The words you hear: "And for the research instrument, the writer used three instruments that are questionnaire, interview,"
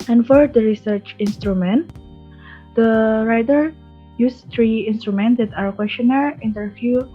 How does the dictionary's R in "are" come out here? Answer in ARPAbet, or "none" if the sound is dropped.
W